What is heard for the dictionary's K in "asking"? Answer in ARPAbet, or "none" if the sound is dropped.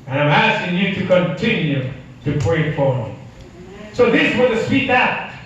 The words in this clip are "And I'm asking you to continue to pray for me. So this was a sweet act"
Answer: K